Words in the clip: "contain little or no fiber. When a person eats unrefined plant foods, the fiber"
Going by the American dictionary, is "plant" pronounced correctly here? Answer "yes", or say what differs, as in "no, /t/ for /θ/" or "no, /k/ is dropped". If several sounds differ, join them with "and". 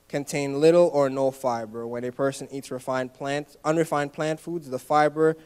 yes